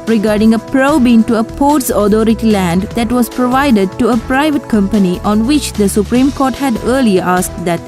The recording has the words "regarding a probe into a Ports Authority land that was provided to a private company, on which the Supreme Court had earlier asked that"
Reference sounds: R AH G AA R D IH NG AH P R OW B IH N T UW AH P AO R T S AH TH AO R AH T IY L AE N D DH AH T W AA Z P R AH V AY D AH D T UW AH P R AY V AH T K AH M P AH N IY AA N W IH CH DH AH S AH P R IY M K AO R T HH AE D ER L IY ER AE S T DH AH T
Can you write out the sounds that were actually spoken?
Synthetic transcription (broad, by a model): R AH G AA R D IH NG AH P R OW B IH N T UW AH P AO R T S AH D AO R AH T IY L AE N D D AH T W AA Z P R AH V AY D AH D T UW AH P R AY V AH T K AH M P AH N IY AA N W IH CH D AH S AH P R IY M K AO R T HH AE D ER L IY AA S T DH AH T